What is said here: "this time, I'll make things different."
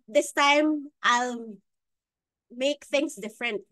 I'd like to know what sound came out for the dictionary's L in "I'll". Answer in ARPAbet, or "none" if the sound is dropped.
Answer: L